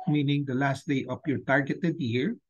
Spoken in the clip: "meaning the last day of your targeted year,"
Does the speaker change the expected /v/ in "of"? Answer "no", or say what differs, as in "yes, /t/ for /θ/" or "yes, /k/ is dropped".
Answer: yes, /p/ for /v/